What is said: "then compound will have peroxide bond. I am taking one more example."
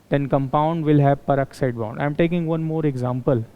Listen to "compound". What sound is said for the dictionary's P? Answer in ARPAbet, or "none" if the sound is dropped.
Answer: P